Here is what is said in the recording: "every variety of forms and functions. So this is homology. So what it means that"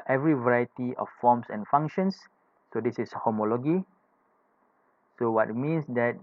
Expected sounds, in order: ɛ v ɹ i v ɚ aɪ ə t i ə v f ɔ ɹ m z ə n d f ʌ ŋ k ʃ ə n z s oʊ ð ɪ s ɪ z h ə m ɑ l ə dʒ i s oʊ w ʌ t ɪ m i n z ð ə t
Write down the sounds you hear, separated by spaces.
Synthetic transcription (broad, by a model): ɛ v ɹ i v ɚ aɪ ə t i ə f f ɔ m s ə n f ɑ ŋ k ʃ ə n s oʊ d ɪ s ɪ s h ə m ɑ l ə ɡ i s oʊ w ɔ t m i n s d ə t